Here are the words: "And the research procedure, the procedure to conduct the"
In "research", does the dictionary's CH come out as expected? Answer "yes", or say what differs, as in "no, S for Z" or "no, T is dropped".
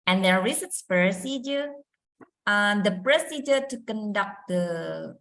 no, S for CH